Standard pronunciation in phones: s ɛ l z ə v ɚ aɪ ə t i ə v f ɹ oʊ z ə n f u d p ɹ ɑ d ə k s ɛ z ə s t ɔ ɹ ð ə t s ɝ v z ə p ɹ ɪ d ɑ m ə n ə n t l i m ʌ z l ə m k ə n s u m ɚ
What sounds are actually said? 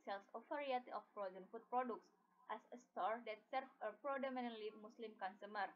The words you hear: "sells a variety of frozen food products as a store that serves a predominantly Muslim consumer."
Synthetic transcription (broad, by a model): s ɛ l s ə f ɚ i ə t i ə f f ɹ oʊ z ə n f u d p ɹ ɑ d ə k s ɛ s ə s t ɔ ɹ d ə t s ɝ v ə p ɹ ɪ d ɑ m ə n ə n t l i m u s l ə m k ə n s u m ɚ